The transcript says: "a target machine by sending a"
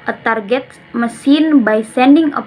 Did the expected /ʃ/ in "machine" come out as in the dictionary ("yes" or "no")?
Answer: no